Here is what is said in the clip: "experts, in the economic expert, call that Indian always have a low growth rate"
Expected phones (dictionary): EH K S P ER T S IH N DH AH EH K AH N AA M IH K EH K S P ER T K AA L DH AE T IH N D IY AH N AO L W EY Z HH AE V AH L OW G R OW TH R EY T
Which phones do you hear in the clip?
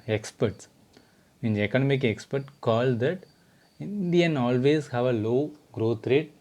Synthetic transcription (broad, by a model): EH K S P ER T S IH N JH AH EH K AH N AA M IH K EH K S P ER T K AA L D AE T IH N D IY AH N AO L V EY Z HH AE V AH L OW G R OW T R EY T